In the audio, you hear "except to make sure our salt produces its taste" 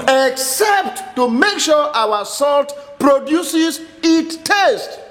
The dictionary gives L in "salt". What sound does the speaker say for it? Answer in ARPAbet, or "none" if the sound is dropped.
L